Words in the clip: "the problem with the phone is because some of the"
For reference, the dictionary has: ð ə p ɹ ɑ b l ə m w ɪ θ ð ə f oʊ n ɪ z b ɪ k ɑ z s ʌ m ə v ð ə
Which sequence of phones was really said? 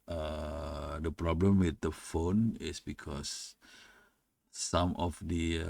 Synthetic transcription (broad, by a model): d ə p ɹ ɑ b l ə m w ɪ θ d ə f oʊ n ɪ s b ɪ k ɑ s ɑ m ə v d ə